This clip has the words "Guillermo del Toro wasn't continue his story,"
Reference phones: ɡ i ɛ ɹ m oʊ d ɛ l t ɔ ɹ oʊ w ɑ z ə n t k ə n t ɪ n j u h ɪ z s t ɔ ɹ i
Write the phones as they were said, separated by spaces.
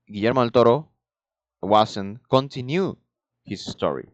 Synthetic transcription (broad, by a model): ɡ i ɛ ɹ m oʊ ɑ l t ɔ ɹ oʊ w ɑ s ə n k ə n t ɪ n j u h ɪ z s t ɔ ɹ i